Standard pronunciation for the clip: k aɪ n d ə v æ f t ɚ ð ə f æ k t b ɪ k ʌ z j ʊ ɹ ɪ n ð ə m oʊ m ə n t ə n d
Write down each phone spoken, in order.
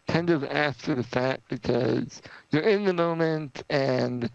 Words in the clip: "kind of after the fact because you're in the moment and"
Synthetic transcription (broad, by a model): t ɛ n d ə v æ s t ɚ ð ə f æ t b ɪ k ʌ z j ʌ ɹ ɪ n ð ə m oʊ m ə n t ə n